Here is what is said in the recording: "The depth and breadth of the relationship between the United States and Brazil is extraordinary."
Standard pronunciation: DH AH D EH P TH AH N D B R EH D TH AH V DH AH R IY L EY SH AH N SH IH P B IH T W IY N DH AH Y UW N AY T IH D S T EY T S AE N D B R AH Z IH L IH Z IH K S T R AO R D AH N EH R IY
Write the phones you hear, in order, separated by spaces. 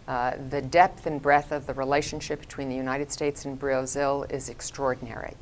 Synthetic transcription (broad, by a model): DH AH D EH P TH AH N B R EH TH AH V DH AH R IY L EY SH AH N SH IH P B IH T W IY N DH AH Y UW N AY T IH D S T EY T S N B R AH Z IH L IH Z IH K S T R AO R D N EH R IY